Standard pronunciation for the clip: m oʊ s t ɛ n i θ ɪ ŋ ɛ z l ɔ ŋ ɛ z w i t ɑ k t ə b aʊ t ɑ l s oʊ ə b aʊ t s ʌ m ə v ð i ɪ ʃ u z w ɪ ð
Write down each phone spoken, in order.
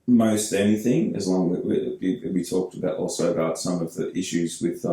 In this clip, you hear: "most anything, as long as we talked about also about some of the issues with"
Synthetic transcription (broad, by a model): m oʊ s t ɛ n i θ ɪ ŋ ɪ z l ɔ ŋ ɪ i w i t ɑ k t ə b aʊ t ɑ l s oʊ ə b aʊ t s ʌ m ə v ð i ɪ ʃ u z w ɪ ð